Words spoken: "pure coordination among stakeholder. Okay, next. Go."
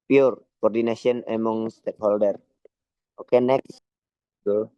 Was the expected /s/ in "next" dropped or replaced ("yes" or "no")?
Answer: no